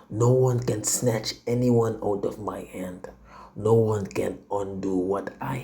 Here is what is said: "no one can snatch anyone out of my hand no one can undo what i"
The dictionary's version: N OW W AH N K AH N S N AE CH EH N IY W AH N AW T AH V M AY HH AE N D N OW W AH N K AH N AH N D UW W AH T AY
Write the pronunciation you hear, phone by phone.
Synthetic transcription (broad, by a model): N OW W AH N K AH N S N AE CH EH N IY W AH N AW T AH V M AY HH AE N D N OW W AH N K AH N AH N D UW W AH T AY